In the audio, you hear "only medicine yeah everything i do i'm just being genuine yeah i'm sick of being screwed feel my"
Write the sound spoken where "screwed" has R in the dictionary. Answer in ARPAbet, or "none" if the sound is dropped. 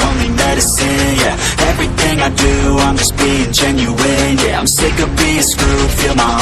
none